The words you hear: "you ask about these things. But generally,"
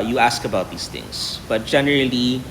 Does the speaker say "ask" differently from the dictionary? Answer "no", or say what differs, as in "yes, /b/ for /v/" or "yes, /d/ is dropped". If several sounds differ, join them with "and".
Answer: no